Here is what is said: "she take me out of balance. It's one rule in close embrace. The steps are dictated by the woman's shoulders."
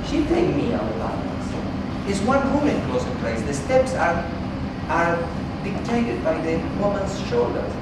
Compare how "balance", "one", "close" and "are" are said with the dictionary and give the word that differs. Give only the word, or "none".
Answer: balance